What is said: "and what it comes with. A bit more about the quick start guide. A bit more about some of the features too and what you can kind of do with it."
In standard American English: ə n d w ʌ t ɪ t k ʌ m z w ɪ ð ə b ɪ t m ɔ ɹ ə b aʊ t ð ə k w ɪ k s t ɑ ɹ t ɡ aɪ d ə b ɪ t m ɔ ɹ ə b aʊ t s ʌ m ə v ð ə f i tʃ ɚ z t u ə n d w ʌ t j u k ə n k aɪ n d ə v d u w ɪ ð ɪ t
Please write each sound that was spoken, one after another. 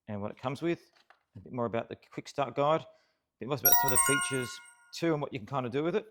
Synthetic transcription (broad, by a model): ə n w ʌ t ɪ t k ʌ m z w ɪ ð ə b ɪ t m ɔ ɹ ə b aʊ t ð ə k w ɪ k s t ɑ ɹ t ɡ aɪ d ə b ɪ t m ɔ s ə b aʊ t s ʌ m ə v ð ə f i tʃ ɚ z t u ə n w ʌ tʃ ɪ k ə n k aɪ n d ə d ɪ w ɪ ð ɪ t